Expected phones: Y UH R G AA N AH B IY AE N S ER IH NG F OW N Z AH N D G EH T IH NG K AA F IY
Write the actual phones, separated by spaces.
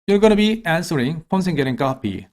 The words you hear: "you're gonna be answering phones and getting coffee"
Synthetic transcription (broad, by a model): Y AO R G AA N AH B IY AE N S ER IH NG P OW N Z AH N G EH T IH NG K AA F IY